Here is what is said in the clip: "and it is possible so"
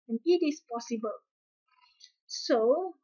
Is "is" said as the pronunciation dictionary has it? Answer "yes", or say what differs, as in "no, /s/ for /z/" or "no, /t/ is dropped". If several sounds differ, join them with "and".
no, /s/ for /z/